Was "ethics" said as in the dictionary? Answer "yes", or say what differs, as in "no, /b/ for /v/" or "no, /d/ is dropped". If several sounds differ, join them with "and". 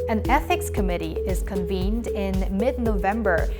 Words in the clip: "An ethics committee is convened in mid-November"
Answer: yes